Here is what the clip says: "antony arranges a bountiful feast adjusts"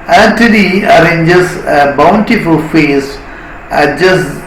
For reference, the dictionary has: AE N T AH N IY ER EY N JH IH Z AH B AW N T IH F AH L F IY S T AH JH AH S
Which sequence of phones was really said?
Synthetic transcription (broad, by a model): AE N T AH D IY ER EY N JH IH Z AH B AW N T IH F AH L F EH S AH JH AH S